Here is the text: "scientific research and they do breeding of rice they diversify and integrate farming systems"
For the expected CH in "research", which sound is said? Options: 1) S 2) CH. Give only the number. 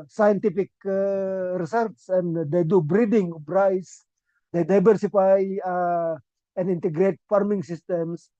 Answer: 1